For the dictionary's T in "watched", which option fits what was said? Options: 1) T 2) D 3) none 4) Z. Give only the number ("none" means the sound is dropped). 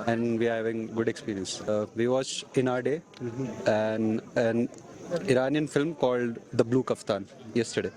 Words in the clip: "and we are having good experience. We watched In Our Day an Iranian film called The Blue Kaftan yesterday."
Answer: 3